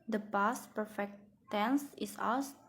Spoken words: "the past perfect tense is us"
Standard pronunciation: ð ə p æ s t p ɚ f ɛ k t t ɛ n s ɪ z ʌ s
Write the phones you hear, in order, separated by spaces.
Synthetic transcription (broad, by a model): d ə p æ s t p ɚ f ɛ k t t ɛ n s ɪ s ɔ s